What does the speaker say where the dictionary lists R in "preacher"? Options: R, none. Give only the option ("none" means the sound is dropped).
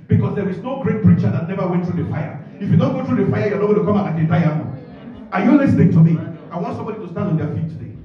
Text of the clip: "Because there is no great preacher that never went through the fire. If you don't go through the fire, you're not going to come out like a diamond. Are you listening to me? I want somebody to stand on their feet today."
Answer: R